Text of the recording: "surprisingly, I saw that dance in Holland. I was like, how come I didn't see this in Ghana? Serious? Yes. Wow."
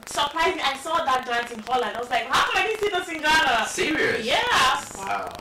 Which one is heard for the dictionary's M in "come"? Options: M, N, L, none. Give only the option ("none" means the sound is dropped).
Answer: none